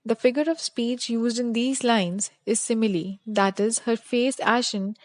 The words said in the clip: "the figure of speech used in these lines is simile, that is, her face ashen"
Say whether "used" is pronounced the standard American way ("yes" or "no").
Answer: yes